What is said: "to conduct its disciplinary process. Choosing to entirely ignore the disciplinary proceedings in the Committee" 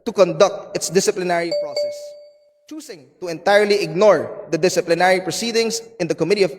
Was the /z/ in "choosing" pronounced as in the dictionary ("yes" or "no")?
no